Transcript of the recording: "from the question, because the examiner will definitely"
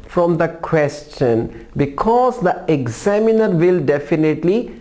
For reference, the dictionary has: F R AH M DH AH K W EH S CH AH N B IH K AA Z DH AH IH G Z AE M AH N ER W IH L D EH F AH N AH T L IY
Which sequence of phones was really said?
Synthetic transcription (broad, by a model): F R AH M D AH K W EH S CH AH N B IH K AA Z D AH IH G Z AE M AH N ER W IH L D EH F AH N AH T L IY